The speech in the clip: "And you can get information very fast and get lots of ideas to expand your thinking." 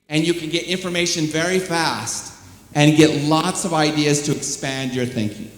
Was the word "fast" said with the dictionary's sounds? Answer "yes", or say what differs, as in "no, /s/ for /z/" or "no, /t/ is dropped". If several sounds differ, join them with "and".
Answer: yes